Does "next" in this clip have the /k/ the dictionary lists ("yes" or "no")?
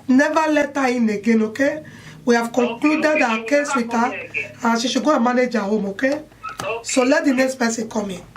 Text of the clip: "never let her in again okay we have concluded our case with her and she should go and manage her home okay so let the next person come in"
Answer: no